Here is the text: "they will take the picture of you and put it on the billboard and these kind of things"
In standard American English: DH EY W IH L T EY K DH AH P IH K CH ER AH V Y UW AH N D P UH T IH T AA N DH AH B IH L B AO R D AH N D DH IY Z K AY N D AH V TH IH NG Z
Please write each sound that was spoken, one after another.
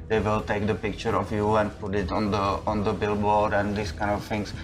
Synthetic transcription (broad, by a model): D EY W IH L T EY K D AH P IH K CH ER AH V Y UW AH N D P UH T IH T AA N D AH B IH L B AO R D AH N D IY S K AY N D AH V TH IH NG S